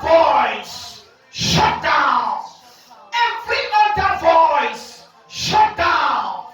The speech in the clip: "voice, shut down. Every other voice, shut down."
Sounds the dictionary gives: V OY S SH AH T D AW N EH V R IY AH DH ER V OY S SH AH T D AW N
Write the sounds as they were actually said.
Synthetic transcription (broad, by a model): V OY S SH AH T D AW N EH F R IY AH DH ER V OY S SH AH T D AW N